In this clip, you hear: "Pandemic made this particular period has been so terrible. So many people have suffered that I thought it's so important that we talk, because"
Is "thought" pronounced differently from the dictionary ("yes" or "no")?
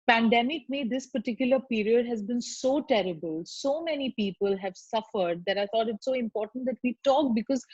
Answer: yes